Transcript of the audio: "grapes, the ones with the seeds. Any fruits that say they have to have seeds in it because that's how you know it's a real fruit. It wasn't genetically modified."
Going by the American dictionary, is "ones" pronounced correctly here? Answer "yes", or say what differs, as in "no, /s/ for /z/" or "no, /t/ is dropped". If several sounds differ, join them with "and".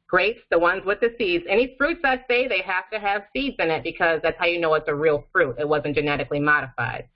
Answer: yes